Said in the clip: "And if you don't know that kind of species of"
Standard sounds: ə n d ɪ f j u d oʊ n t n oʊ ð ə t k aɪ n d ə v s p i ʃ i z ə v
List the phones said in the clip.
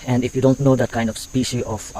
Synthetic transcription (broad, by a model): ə n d ɪ f j u d oʊ n t n oʊ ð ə t k aɪ n d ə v s p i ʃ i ə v